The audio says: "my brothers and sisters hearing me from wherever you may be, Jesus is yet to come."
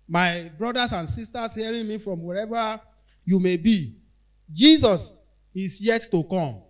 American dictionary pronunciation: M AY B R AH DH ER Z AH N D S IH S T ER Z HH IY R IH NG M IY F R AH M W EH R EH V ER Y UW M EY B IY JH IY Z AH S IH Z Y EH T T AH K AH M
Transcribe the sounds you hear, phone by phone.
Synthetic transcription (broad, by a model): M AY B R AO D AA S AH N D S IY S T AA S HH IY R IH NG M IY F R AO M W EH R EH V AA Y UW M EY B IY JH IY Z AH S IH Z Y EH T T AH K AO M